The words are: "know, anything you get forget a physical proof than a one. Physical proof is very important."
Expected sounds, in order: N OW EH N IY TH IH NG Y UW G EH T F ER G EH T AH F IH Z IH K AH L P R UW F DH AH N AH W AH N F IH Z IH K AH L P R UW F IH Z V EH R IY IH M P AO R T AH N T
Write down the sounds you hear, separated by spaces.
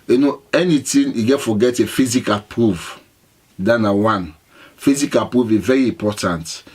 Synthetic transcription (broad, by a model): N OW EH N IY T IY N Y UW G EH T F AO G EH T AH F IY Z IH K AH L P R UW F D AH N AH W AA N F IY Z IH K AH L P R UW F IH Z V EH R IY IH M P AO T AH N T